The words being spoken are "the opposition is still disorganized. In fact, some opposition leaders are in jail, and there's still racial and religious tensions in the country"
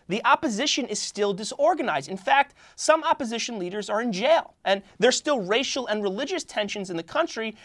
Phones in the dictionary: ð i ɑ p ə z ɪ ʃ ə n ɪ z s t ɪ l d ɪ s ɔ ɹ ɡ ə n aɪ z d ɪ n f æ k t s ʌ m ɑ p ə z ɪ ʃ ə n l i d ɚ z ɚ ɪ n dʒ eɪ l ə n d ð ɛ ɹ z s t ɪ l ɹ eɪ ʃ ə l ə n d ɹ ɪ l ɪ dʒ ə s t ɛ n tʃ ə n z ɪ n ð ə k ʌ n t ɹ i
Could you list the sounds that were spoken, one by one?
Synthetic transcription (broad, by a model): ð i ɑ p ə z ɪ ʃ ə n ɪ z s t ɪ l d ɪ s ɔ ɹ ɡ ə n aɪ z d ɪ n f æ k t s ʌ m ɑ p ə z ɪ ʃ ə n l i d ɚ z ɚ ɪ n dʒ eɪ l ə n ð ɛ ɹ s t ɪ l ɹ eɪ ʃ l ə n ɹ ɪ l ɪ dʒ ə s t ɛ n ʃ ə n z ɪ n ð ə k ʌ n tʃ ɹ i